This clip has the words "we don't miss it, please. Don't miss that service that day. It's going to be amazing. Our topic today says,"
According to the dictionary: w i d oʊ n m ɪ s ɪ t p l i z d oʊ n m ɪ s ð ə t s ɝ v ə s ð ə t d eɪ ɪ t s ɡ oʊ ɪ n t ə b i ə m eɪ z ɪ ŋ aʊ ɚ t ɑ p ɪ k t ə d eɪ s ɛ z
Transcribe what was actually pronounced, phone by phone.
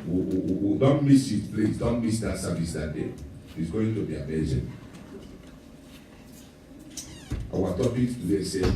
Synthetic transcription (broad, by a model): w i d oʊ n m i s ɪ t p l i s d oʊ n m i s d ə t s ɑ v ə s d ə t d eɪ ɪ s ɡ oʊ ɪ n t ə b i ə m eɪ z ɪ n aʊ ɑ t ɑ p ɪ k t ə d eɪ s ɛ